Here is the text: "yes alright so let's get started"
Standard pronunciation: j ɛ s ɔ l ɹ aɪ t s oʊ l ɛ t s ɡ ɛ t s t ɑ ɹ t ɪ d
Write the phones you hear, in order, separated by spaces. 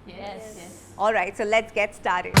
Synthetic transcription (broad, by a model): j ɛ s ɔ l ɹ aɪ t s oʊ l ɛ t s ɡ ɛ t s t ɑ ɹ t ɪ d